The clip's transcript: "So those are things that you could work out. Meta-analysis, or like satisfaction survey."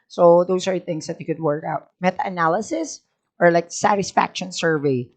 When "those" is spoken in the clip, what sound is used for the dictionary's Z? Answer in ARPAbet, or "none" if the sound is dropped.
S